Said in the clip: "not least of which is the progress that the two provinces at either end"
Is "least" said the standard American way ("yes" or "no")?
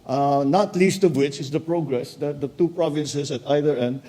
yes